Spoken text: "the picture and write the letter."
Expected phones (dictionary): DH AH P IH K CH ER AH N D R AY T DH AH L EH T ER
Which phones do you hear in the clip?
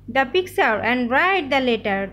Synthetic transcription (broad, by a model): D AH P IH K S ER AH N D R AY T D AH L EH T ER